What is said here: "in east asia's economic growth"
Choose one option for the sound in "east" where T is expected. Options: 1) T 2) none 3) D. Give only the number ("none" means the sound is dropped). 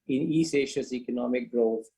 2